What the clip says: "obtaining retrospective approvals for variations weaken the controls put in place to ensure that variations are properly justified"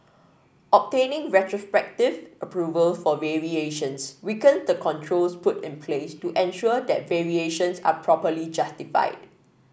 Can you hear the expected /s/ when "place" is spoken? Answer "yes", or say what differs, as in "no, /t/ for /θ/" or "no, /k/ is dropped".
yes